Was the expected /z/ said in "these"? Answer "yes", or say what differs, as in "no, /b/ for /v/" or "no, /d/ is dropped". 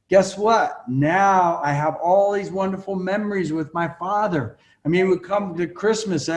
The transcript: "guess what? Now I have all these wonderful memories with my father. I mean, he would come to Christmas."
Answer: yes